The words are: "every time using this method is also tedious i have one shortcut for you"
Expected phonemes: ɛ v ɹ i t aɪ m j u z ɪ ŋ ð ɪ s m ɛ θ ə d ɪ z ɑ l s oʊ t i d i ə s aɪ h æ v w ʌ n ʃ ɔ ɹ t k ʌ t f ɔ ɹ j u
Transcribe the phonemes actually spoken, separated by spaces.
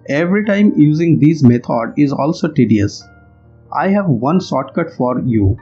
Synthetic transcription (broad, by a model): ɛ v ɹ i t aɪ m j u z ɪ ŋ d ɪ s m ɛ t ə d ɪ z ɑ l s oʊ t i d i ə s aɪ h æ v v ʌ n s ɔ t k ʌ t f ɔ ɹ j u